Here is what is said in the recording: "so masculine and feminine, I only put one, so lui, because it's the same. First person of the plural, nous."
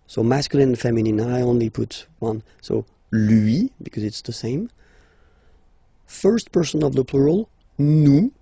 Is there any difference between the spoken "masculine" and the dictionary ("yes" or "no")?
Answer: yes